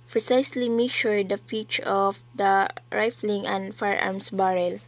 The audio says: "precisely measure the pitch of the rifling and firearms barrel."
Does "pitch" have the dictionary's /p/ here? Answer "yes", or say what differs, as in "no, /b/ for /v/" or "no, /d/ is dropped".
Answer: no, /f/ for /p/